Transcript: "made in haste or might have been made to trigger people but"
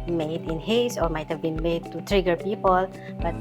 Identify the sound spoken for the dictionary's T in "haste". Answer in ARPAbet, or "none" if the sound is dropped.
none